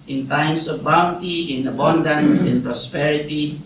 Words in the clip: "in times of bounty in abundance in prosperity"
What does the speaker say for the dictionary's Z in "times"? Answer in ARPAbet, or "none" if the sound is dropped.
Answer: S